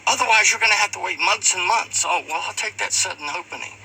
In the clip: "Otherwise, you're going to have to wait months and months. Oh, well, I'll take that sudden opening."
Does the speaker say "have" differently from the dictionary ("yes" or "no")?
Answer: yes